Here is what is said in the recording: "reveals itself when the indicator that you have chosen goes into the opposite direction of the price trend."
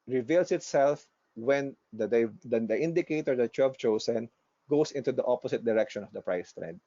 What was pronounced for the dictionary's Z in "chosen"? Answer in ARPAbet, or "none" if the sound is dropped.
S